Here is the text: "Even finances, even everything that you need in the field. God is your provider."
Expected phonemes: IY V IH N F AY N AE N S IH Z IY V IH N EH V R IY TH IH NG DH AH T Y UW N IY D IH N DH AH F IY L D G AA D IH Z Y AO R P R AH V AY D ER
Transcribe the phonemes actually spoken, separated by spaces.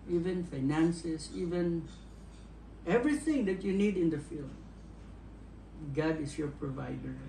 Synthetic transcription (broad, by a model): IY V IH N F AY N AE N S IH S IY V IH N EH V R IY TH IH NG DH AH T Y UW N IY D IH N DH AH F IY L D G AA D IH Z Y AO R P R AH V AY D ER